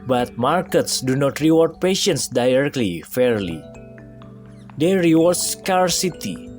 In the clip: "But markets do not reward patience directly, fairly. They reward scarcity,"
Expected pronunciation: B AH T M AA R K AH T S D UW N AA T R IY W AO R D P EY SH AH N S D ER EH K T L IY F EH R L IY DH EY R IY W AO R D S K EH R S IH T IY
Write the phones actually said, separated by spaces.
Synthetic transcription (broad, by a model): B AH T M AA R K AH T S D UW N AA T R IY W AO R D P EY SH AH N S D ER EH K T L IY F EH R L IY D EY R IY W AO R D S K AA R S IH T IY